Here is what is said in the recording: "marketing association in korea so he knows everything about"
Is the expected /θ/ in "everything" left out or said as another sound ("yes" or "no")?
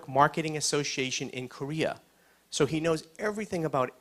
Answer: no